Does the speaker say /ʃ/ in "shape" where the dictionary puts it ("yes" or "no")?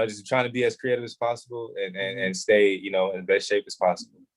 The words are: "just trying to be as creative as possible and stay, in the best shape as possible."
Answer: yes